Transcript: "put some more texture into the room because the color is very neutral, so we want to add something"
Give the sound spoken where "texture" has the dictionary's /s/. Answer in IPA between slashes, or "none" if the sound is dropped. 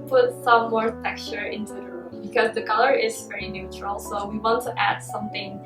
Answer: none